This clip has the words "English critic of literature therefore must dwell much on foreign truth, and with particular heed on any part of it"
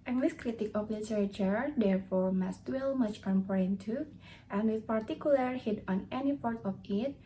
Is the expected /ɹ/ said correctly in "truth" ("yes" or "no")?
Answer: no